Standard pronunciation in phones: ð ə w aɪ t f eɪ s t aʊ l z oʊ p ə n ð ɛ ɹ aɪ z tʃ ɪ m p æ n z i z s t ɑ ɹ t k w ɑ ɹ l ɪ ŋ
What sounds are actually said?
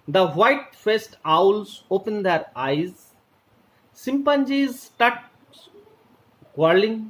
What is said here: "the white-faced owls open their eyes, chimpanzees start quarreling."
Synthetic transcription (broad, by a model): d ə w aɪ t f eɪ s t aʊ l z oʊ p ə n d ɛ ɹ aɪ z s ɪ m p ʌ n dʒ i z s t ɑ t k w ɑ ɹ l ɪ ŋ